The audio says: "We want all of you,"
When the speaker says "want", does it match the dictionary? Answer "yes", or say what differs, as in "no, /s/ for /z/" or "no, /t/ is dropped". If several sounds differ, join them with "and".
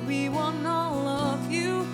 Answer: no, /t/ is dropped